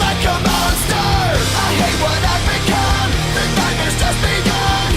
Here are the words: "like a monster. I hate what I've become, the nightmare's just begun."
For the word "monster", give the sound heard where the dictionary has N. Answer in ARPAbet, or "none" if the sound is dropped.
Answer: none